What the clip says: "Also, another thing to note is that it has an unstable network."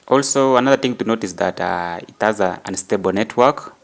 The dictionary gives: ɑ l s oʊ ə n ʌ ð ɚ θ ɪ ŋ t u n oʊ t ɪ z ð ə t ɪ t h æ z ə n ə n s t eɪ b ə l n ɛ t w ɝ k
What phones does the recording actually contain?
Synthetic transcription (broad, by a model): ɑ l s oʊ ə n ʌ ð ɚ θ ɪ ŋ t u n oʊ t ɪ s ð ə t ɪ t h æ z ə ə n s t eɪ b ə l n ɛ t w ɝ k